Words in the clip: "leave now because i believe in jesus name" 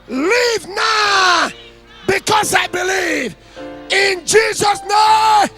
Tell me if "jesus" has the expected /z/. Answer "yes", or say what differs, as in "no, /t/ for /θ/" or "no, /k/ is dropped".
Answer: yes